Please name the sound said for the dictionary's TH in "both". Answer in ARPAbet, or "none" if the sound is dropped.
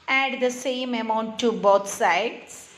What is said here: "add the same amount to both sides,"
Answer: T